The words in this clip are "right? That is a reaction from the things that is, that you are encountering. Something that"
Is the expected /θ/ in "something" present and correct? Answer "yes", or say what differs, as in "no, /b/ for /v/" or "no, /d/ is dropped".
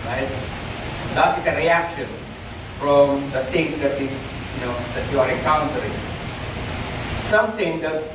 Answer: no, /t/ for /θ/